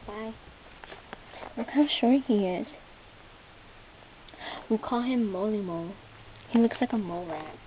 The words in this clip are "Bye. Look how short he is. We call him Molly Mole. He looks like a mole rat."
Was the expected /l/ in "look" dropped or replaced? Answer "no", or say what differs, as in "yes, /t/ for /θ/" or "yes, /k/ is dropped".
yes, /w/ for /l/